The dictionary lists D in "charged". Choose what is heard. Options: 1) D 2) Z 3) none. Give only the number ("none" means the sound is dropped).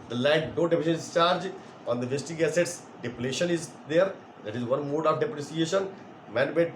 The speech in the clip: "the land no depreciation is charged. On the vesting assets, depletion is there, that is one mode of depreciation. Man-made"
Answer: 3